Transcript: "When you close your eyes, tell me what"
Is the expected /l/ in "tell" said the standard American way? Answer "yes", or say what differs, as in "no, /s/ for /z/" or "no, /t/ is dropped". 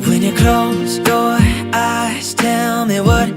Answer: yes